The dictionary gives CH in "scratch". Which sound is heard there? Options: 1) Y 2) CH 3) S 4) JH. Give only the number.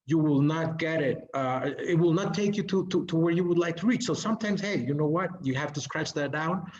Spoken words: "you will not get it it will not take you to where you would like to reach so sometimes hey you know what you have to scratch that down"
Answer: 2